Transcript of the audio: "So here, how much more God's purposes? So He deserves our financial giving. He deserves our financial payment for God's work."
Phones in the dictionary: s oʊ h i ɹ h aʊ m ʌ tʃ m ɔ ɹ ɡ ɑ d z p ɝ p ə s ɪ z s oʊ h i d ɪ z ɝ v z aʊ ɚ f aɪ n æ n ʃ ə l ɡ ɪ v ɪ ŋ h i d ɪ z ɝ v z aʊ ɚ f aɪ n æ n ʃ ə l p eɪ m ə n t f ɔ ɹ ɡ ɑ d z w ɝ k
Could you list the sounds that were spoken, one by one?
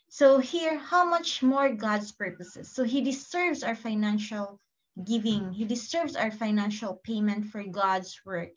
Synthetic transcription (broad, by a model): s oʊ h i ɹ h aʊ m ʌ tʃ m ɔ ɹ ɡ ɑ d s p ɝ p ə s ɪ s oʊ h i d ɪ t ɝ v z aʊ ɚ f aɪ n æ n ʃ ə l ɡ ɪ v ɪ ŋ h i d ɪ s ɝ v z aʊ ɚ f aɪ n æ n ʃ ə l p eɪ m ə n t f ɔ ɹ ɡ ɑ d s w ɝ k